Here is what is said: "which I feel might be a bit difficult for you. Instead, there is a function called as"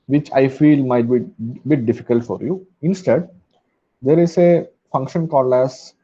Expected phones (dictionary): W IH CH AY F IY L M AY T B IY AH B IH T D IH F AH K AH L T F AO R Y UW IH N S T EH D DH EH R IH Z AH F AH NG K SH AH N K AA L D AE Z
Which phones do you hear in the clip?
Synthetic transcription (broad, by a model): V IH CH AY F IY L M AY T B IY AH B IH T D IH F AH K AH L T F AO R Y UW IH N S T EH D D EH R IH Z AH F AH NG K SH AH N K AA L AE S